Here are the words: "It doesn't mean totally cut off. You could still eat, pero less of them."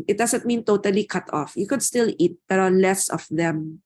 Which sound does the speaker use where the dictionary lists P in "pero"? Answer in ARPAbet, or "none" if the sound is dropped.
B